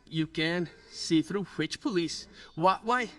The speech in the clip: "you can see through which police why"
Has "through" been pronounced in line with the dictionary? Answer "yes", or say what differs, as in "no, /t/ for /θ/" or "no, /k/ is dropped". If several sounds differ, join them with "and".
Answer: yes